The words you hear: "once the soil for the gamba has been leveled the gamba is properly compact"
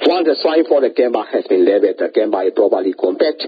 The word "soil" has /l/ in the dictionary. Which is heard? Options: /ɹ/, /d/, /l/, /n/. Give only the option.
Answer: /n/